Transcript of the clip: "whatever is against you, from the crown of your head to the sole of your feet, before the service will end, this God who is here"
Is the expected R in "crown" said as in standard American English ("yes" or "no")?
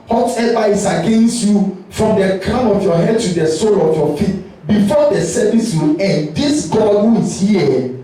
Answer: no